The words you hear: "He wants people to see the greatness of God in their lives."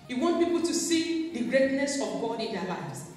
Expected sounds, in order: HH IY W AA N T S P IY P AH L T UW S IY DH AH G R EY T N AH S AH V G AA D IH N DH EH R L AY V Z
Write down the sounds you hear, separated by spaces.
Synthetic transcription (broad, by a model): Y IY W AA N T P IY P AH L T UW S IY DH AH G R EY T N AH S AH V G AA D IH N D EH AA L AY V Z